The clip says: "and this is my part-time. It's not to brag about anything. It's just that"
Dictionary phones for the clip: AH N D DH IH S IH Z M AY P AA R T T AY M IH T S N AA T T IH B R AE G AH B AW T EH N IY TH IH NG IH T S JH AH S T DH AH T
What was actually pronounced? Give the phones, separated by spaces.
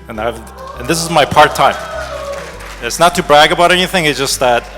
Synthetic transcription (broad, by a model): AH N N DH IH S IH Z M AY P AA R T T AY M IH T S N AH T T IH B R AE G AH B AW T EH N IY TH IH NG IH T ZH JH AH S T DH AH T